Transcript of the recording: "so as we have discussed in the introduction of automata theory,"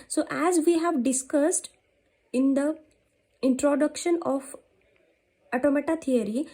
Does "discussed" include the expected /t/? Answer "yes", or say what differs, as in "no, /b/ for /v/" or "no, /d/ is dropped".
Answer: yes